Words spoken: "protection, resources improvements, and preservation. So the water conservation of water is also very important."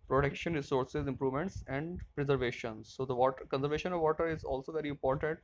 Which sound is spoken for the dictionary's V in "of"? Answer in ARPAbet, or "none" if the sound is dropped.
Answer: V